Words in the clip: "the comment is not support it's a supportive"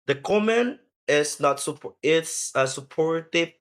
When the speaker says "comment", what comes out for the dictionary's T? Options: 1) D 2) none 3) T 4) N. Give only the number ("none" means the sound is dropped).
2